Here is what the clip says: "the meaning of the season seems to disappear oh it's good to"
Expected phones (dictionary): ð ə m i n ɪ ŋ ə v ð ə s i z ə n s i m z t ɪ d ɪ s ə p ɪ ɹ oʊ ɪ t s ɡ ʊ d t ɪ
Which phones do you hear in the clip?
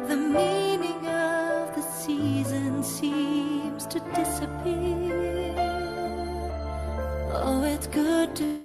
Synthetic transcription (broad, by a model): ð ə m i n ɪ ŋ ə v ð ə s i z ə n s i m z t ɪ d ɪ s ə p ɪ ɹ oʊ ɪ t s ɡ ʊ d t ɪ